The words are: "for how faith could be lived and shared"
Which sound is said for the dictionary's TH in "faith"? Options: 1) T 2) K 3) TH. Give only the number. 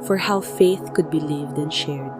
3